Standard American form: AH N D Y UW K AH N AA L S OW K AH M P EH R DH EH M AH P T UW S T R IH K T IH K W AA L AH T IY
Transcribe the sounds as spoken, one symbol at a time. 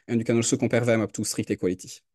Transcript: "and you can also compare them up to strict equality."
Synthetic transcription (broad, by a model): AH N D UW K AH N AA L S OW K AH P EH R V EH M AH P T UW S T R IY K T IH K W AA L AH T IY